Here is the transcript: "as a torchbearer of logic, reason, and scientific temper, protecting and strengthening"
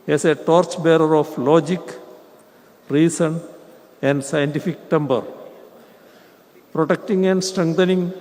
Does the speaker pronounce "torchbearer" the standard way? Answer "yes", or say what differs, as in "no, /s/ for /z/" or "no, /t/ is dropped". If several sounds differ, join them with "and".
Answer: yes